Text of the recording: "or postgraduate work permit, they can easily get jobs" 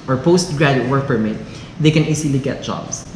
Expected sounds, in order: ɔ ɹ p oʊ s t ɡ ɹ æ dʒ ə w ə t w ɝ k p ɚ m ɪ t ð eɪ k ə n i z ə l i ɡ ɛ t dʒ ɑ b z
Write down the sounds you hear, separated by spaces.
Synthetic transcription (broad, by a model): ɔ ɹ p oʊ s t ɡ ɹ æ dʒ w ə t w ɝ k p ɚ m ɪ t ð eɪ k ə n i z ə l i ɡ ɛ t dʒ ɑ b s